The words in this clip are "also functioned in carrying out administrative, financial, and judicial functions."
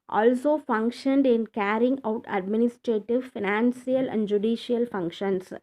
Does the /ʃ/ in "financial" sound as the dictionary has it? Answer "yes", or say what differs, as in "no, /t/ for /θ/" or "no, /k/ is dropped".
no, /s/ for /ʃ/